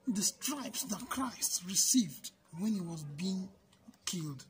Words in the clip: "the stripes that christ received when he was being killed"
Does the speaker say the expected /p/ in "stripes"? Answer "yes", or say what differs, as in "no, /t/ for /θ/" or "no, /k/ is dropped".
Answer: yes